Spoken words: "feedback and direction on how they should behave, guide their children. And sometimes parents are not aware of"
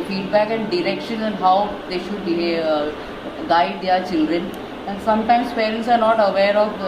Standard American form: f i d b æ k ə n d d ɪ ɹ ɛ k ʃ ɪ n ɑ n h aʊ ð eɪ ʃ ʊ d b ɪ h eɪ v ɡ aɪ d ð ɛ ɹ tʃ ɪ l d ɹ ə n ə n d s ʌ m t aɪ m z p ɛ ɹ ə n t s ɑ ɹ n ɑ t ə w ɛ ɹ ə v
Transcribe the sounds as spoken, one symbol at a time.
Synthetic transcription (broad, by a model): f i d b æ k ə n d d ɪ ɹ ɛ k ʃ ɪ n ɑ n h aʊ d eɪ ʃ ʊ d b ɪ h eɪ ɡ aɪ d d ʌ ɹ tʃ ɪ l d ɹ ə n ə n d s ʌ m t aɪ m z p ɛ ɹ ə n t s ɑ ɹ n ɑ t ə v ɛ ɹ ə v